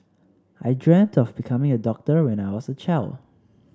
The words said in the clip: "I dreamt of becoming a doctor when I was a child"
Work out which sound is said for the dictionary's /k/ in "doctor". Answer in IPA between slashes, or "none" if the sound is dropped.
/k/